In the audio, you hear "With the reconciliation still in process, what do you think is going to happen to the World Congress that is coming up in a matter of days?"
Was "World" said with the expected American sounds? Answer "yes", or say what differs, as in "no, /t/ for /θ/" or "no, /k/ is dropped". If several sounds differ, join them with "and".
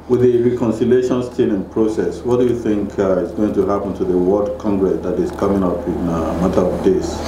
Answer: no, /l/ is dropped